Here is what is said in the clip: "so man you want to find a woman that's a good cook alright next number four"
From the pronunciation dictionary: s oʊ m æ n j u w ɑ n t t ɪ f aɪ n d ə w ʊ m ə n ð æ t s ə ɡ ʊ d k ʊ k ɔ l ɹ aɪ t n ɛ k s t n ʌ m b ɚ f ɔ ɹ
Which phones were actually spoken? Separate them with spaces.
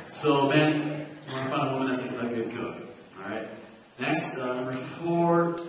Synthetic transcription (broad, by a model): s oʊ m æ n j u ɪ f aɪ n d ə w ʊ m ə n ð æ t s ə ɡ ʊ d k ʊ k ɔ ɹ aɪ t n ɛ k s t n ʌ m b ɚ f ɔ ɹ